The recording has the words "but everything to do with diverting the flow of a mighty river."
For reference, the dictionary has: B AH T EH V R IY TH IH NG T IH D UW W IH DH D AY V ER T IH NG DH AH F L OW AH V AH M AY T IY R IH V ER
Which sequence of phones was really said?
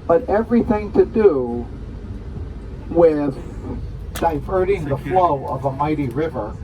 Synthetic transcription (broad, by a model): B AH T EH V R IY TH IH NG T IH D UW W IH DH D AY V ER T IH NG DH AH F L OW AH V AH M AY T IY R IH V ER